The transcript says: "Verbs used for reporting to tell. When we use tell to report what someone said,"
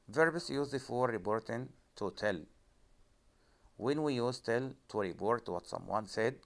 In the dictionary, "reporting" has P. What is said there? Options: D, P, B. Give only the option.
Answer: B